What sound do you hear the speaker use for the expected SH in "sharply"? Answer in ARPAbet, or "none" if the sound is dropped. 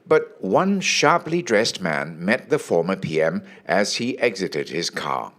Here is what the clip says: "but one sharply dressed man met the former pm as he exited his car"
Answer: SH